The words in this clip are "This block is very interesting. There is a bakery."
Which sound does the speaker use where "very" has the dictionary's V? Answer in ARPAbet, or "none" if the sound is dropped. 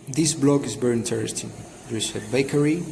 B